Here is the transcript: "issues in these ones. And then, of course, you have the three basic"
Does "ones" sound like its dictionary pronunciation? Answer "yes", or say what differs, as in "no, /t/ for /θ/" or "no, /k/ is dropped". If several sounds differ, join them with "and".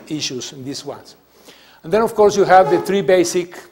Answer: no, /s/ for /z/